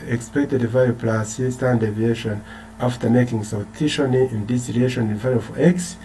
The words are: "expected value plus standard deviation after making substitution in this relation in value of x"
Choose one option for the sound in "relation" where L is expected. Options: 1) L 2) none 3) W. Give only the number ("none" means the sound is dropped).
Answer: 2